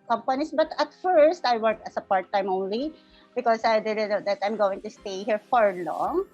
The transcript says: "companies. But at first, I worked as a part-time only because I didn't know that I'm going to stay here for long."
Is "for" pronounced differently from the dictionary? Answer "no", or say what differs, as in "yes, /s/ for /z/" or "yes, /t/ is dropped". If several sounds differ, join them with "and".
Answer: no